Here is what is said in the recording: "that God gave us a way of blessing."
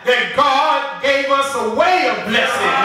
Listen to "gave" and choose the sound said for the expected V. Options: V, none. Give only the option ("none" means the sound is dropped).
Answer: V